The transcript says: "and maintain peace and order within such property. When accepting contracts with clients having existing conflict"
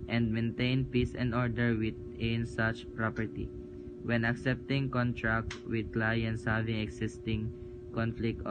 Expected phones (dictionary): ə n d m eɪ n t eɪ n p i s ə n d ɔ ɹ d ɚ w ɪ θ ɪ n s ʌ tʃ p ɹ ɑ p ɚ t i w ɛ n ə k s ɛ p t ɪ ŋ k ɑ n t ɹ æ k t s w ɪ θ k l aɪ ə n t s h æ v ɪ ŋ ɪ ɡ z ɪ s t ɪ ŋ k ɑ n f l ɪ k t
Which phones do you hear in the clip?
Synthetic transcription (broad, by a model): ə n d m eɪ n t eɪ n p i s ə n d ɔ ɹ d ɚ w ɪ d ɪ n s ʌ tʃ p ɹ ɑ p ɚ t i w ɛ n ə k s ɛ p t ɪ ŋ k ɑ n t ɹ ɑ k t w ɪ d k l aɪ ə n t s h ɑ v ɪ ŋ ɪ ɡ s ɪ s t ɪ ŋ k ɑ n f l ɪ k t